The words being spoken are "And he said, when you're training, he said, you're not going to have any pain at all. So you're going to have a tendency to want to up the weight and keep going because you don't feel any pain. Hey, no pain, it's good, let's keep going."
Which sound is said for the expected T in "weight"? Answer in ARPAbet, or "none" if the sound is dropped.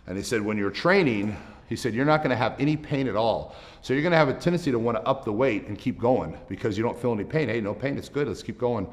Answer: T